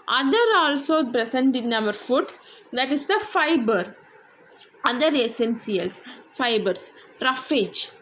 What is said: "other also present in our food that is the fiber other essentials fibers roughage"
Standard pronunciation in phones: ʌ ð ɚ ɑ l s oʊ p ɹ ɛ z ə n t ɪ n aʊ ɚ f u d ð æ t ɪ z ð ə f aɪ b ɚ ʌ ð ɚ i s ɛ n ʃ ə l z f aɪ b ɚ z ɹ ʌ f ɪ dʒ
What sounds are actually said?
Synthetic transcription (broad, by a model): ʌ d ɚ ɑ l s oʊ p ɹ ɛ s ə n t ɪ n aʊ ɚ f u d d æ t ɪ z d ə f aɪ b ɚ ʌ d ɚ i s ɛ n s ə l s f aɪ b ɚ s ɹ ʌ f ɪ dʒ